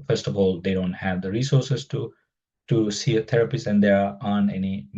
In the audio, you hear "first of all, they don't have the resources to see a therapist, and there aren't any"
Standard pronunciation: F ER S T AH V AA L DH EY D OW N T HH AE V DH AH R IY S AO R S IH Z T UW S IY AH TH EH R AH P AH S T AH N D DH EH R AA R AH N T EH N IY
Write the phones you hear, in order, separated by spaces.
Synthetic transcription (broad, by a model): F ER S T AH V AA L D EY D OW N T HH AE V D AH R IY S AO R S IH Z T UW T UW AH T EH R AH P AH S AH N D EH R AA AH N EH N IY